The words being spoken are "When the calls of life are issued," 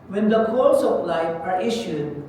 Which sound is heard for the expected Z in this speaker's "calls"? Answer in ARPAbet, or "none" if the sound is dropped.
S